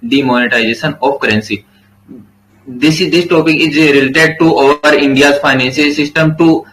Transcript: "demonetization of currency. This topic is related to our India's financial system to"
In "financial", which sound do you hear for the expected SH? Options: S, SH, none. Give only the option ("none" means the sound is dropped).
S